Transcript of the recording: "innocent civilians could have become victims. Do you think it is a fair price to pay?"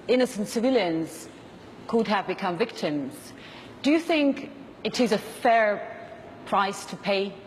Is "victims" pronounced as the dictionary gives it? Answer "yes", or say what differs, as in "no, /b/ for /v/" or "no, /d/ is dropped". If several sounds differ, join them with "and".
yes